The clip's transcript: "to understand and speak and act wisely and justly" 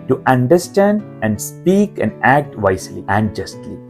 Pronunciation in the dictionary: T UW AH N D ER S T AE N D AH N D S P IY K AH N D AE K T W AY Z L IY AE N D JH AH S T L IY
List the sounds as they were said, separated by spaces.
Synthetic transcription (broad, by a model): T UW AH N D ER S T AE N D AH N D S P IY K AH N D AE K T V AY S L IY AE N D JH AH S T L IY